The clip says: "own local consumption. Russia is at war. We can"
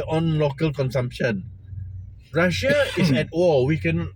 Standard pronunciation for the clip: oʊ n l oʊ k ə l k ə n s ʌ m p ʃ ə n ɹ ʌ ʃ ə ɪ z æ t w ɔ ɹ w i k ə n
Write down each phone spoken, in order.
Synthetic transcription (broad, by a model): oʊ n l oʊ k ə l k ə n s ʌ m p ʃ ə n ɹ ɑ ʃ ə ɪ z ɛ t ɔ l w i k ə n